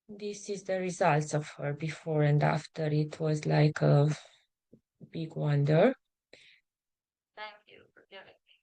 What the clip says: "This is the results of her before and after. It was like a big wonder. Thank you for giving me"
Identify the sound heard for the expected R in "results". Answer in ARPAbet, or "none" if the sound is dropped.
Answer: R